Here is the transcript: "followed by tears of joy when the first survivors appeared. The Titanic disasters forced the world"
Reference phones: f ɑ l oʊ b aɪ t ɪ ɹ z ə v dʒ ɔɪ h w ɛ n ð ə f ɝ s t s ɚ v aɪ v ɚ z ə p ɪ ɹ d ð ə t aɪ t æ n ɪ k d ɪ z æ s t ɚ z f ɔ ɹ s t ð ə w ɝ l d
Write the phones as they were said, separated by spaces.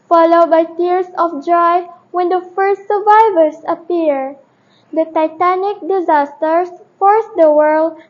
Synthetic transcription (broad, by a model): f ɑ l oʊ b aɪ t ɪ ɹ s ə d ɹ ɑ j w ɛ n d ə f ɝ s t s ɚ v aɪ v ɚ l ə p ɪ ɹ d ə t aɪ t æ n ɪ k d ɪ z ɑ s t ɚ s f ɔ ɹ s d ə w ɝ l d